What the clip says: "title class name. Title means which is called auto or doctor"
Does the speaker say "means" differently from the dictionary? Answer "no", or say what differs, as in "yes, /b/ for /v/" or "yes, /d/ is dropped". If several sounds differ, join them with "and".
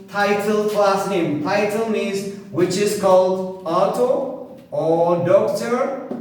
yes, /n/ is dropped